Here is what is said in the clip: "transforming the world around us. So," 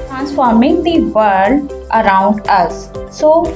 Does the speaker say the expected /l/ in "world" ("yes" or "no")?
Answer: no